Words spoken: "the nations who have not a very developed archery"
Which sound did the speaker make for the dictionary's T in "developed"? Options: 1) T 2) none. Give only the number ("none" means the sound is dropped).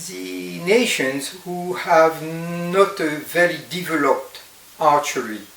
1